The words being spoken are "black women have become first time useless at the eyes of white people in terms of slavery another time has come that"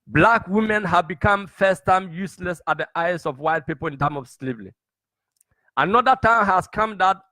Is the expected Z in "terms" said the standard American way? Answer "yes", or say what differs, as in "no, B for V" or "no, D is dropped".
no, Z is dropped